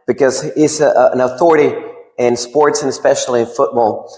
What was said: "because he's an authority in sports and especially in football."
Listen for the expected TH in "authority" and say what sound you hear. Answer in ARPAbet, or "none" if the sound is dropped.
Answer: TH